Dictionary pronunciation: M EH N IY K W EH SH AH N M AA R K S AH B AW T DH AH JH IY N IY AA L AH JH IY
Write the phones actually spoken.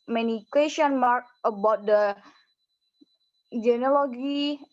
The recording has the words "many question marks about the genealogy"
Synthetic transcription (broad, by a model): M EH N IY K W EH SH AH N M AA R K AH B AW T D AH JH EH N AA L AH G IY